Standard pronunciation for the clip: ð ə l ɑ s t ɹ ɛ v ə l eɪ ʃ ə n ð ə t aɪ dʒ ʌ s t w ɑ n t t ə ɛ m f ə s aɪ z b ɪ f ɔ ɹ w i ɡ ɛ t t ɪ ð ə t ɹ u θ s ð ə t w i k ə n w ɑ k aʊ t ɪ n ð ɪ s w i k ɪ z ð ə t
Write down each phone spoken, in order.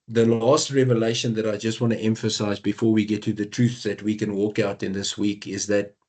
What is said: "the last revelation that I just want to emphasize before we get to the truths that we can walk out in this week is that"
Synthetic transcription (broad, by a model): ð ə l ɑ s t ɹ ɛ v ə l eɪ ʃ ə n ð ə t aɪ dʒ ʌ s t w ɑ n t t ɛ m f ə s aɪ z b ɪ f ɔ ɹ w i ɡ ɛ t t ɪ ð ə t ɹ u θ ð ə t w i k ə n w ɑ k aʊ t ɪ n ð ɪ s w i k ɪ z ð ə t